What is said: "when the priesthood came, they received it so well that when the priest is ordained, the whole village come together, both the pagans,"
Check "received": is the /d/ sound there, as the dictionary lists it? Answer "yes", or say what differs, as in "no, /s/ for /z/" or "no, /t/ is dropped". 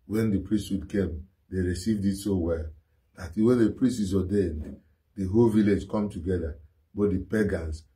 yes